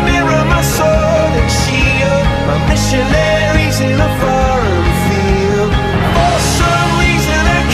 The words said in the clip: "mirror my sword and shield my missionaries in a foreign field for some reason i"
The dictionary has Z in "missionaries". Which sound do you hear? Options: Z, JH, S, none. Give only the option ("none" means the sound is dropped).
Z